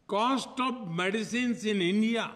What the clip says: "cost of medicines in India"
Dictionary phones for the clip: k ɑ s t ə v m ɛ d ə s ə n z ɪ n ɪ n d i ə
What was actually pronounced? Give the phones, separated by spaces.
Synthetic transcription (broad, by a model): k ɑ s t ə b m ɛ d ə s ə n s ɪ n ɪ n d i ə